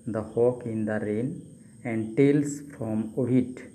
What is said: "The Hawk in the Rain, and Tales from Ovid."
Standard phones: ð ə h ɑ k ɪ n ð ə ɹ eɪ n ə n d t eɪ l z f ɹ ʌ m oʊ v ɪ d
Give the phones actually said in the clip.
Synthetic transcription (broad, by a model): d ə h ɑ k ɪ n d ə ɹ eɪ n ə n d t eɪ l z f ɹ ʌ m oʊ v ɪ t